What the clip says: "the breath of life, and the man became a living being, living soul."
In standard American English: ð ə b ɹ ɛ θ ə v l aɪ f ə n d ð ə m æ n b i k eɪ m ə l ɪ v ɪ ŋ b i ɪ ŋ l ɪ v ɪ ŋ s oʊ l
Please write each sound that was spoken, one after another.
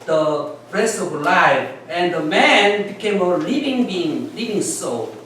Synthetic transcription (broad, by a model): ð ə ɹ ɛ t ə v l aɪ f ə n d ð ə m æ n b i k eɪ m ə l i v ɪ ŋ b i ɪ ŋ l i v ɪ ŋ s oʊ